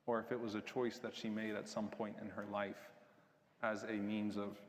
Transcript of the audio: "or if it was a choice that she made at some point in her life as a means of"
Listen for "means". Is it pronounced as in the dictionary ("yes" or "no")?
yes